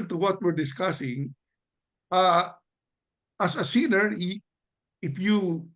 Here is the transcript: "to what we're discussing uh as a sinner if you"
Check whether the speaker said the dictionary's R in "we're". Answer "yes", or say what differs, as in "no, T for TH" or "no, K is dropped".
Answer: yes